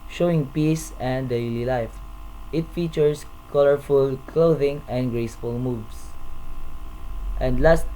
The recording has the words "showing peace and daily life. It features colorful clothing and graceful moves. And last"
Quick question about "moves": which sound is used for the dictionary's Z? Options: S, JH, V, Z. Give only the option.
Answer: S